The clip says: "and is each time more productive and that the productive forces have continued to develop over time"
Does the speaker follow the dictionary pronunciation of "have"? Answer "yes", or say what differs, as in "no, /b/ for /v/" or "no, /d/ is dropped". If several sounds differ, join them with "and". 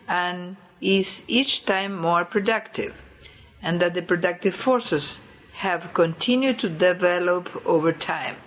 yes